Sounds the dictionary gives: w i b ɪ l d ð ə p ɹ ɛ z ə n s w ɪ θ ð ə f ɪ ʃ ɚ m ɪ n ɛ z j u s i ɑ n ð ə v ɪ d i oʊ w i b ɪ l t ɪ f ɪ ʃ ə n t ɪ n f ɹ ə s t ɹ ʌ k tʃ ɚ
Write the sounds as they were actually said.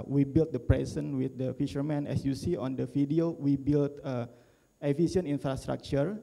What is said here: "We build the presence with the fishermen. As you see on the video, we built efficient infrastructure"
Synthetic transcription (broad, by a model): w i b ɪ l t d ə p ɹ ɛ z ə n w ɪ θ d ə f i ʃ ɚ m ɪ n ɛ s j u s i ɑ n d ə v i d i oʊ w i b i l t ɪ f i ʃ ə n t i n f ɹ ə s t ɹ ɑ k tʃ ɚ